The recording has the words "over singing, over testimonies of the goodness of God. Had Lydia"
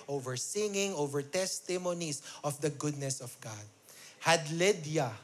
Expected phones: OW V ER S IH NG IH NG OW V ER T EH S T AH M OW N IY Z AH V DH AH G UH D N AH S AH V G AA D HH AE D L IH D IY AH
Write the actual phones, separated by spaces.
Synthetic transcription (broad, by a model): OW V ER S IH NG IH NG OW V ER T EH S T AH M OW N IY S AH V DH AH G UH D N AH S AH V G AA D HH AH D L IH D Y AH